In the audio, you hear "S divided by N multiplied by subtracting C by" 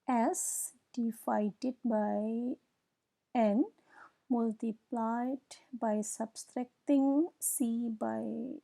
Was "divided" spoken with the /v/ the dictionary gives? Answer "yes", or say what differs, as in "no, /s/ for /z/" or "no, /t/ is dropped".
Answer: no, /f/ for /v/